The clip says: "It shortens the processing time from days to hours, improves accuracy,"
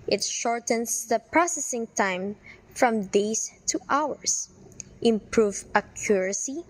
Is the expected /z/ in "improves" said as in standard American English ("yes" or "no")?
no